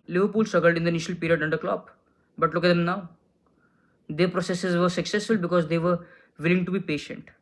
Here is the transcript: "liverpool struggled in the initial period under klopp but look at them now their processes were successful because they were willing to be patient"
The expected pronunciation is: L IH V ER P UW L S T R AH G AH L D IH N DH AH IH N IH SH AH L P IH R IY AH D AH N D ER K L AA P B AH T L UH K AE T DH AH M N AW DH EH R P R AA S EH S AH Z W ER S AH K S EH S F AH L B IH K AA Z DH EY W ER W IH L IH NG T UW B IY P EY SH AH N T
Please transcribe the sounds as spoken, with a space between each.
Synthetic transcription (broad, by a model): L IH V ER P UW L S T AH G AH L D IH N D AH IH N IH SH AH L P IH R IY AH D AH N D ER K L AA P B AH T L UH K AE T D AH M N AW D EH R P R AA S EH S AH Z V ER S AH K S EH S F AH L B IH K AA Z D EY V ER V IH L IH NG T UW B IY P EY SH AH N T